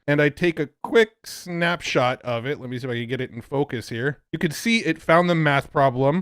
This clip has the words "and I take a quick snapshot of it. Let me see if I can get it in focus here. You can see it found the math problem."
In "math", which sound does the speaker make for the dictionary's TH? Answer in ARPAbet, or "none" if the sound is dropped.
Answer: TH